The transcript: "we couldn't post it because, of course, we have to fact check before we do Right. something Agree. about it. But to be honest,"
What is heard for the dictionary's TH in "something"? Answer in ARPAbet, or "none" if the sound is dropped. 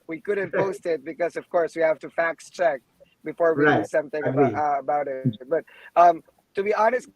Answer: TH